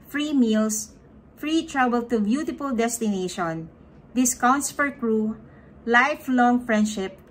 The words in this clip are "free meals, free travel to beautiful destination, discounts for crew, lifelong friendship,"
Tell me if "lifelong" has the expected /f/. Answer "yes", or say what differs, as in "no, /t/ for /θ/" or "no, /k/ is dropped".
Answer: yes